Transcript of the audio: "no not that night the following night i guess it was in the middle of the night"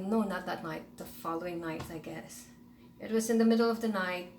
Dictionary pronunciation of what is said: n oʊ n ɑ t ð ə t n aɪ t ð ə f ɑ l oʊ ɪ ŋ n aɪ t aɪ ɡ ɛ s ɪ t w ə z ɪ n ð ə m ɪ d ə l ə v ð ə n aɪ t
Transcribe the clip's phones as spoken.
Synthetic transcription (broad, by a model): n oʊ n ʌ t ð ə t n aɪ t ð ə f ɑ l oʊ ɪ ŋ n aɪ t aɪ ɡ ɛ s ɪ t w ə z ɪ n ð ə m ɪ d l ə v ð ə n aɪ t